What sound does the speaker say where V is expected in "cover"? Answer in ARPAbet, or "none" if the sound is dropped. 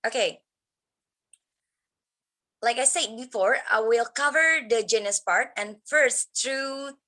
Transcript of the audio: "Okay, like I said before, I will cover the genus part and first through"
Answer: V